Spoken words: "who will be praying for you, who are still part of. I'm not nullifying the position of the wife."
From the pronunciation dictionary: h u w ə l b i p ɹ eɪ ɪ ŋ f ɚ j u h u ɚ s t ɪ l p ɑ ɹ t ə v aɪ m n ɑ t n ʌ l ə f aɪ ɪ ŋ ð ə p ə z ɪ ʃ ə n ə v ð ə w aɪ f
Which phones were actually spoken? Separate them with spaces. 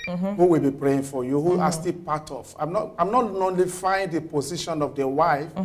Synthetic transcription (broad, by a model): h u w ə l b i p ɹ eɪ ɪ ŋ f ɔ j u h u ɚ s t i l p ɑ t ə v aɪ m n ɑ t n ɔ l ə f aɪ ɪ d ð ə p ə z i ʃ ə n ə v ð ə w aɪ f